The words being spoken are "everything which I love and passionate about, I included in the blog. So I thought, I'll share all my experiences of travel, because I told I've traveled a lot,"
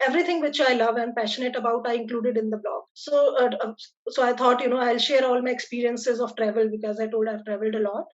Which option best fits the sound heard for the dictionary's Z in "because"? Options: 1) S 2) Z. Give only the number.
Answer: 2